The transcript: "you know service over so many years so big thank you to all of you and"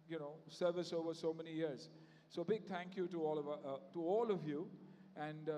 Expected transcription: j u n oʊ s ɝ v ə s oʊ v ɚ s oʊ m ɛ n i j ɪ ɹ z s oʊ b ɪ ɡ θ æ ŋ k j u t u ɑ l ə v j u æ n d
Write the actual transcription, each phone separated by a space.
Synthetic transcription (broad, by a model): j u n oʊ s ɝ v ə s oʊ v ɚ s oʊ m ɛ n i j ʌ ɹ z s oʊ b ɪ ɡ t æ ŋ k j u t u ɑ l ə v j u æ n d